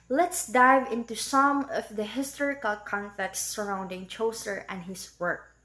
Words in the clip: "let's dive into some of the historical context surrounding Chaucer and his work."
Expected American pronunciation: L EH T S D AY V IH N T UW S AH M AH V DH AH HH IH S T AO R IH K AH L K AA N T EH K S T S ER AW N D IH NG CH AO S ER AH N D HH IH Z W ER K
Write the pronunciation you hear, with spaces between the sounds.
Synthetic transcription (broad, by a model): L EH T S D AY V IH N T UW S AH M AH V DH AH HH IH S T AO R IH K AH L K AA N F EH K T S ER AW N D IH NG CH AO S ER AH N D HH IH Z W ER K